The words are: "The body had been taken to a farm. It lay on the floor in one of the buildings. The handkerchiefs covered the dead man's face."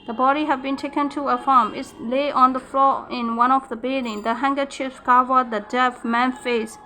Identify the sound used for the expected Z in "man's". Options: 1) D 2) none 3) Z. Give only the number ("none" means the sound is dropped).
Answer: 2